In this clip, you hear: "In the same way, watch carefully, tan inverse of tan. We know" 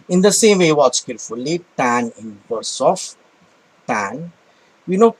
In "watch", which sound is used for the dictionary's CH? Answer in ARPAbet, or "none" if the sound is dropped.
S